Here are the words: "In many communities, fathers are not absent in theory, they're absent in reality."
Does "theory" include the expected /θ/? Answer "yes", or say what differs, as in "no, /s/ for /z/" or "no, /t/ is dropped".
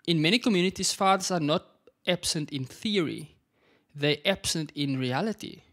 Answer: yes